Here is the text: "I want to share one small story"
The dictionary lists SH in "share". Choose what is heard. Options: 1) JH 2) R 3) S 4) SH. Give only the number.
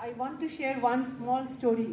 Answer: 4